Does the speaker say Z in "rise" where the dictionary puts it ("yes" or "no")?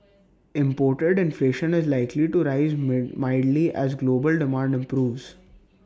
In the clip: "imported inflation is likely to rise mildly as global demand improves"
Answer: yes